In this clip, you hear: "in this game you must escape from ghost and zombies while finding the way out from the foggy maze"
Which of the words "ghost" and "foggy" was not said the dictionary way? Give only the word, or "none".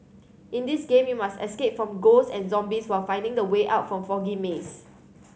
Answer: ghost